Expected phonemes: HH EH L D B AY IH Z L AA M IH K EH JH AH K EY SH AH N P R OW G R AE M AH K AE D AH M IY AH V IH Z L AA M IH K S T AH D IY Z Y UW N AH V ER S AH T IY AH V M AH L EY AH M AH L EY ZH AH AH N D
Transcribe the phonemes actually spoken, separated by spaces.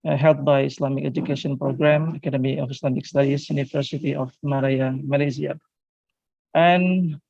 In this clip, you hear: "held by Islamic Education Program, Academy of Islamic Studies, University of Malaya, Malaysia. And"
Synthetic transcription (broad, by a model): HH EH L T B AY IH S L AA M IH K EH JH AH K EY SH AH N P R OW G R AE M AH K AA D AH M IY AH F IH S L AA M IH K S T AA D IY S Y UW N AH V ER S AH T IY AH F M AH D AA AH M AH L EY Z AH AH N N